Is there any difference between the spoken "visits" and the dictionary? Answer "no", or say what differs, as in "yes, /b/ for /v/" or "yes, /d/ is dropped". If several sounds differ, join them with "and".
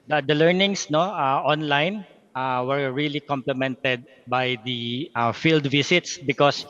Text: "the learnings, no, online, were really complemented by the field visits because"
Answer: yes, /s/ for /z/